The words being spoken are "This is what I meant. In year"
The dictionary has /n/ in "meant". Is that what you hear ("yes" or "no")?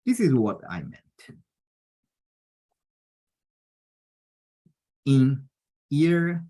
yes